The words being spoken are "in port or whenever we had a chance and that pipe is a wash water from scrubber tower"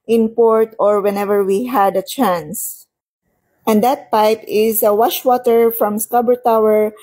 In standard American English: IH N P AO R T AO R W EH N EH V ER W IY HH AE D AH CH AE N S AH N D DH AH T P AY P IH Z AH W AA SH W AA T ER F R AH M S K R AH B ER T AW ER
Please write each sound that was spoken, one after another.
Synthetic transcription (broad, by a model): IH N P AO R T AO R W EH N EH V ER W IY HH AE D AH CH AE N S AH N D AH T P AY P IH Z AH W AA SH W AA T ER F R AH M S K AH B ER T AW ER